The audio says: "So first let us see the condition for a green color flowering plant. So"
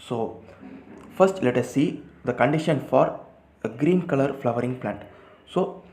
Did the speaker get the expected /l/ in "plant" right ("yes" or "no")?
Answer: yes